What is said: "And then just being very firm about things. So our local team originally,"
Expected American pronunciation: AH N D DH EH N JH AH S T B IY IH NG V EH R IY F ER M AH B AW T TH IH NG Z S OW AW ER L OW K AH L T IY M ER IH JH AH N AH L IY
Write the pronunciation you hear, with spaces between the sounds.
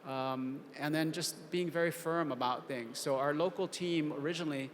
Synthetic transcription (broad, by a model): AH N DH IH N JH AH S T B IY IH NG V EH R IY F ER M AH B AW T TH IH NG Z S OW AW ER L OW K L T IY M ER IH JH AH N L IY